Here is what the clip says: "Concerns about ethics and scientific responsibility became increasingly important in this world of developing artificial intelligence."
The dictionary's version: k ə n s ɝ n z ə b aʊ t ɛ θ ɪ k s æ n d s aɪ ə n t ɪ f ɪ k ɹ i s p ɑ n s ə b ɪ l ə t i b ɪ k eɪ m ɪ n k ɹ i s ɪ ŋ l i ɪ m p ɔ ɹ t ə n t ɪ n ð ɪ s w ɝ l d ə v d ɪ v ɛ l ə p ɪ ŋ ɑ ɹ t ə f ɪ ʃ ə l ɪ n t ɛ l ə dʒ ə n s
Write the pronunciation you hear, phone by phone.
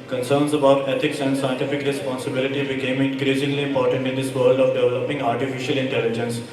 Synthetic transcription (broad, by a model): k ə n s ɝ n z ə b aʊ t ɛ t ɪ k s æ n d s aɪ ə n t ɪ f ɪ k ɹ i s p ɑ n s ə b ɪ l ə t i b ɪ k eɪ m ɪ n k ɹ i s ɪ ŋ l i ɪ p ɔ ɹ t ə n t ɪ n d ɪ s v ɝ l d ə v d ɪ v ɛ l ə p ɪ ŋ ɑ ɹ t ə f ɪ ʃ ə l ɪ n t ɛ l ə dʒ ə n s